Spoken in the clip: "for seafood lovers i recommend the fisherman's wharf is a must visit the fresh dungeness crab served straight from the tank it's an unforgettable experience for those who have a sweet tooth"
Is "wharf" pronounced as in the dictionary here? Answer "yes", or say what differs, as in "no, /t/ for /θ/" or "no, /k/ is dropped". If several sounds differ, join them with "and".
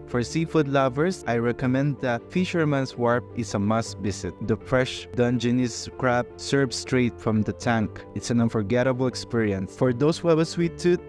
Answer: no, /p/ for /f/